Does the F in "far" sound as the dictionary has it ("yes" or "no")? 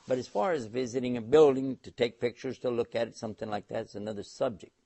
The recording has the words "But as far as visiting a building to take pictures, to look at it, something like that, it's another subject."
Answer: yes